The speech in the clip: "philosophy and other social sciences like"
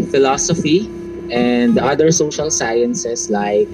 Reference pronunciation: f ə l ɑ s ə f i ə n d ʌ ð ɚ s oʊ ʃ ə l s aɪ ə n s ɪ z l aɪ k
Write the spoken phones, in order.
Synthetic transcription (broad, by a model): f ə l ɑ s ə f i ə n d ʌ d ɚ s oʊ ʃ ə l s aɪ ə n s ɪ s l aɪ k